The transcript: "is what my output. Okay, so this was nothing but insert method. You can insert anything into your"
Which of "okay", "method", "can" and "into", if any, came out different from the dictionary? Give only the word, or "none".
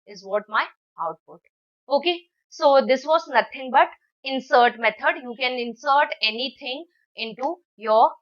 method